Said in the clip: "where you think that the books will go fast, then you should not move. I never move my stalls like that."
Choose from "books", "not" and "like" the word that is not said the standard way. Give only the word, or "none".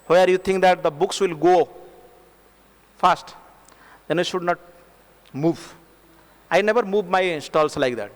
none